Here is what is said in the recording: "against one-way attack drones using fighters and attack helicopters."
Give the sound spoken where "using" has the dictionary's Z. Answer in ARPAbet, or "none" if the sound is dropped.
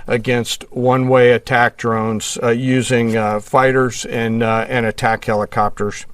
Z